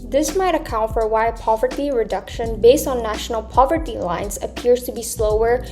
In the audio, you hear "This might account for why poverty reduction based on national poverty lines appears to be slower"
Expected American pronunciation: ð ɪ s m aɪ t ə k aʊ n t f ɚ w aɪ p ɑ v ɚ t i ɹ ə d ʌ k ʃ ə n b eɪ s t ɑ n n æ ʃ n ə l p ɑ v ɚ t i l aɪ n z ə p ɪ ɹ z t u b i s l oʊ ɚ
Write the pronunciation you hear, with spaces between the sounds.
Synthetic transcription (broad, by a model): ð ɪ s m aɪ t ə k aʊ n t f ɚ w aɪ p ɑ v ɚ t i ɹ ə d ʌ k ʃ ə n b eɪ s t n n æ ʃ n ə l p ɑ v ɚ t i l aɪ n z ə p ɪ ɹ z t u b i s l oʊ ɚ